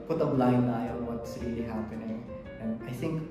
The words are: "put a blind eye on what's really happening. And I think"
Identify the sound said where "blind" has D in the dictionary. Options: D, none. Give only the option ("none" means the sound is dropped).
none